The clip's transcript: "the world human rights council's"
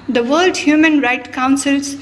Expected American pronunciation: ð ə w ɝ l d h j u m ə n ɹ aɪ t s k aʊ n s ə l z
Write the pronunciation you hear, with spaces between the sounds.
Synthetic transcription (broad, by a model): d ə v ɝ l d h j u m ə n ɹ aɪ t k aʊ n s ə l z